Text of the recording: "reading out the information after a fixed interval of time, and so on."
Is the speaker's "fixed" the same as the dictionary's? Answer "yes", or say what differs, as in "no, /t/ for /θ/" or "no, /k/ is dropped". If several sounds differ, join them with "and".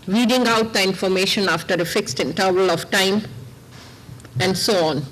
yes